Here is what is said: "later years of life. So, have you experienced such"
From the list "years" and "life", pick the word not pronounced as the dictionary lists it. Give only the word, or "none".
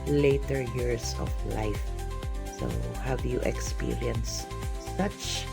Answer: years